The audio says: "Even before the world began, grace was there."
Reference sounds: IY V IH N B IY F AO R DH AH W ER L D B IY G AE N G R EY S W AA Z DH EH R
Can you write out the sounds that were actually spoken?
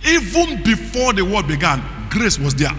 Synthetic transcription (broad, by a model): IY V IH N B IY F AO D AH W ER D B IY G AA N G R EY S W AA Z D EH